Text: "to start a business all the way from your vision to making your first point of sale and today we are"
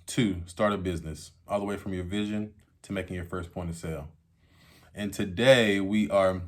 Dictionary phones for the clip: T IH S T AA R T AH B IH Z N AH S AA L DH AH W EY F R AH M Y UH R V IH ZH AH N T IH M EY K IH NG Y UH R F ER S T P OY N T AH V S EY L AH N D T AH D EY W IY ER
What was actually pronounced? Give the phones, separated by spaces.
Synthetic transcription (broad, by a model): T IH S T AA R T AH B IH Z N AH S AA L DH AH W EY F R AH M Y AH R V IH ZH AH N T IH M EY K IH NG Y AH R F ER S P OY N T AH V S EY L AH N T AH D EY W IY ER